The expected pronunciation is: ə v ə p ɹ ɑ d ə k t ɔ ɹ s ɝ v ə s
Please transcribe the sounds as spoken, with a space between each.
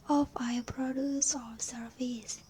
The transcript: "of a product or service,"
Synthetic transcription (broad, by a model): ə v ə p ɹ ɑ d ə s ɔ l s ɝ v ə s